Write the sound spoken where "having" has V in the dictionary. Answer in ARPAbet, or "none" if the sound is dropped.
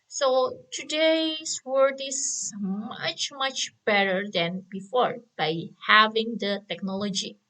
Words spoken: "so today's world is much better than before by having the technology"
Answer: V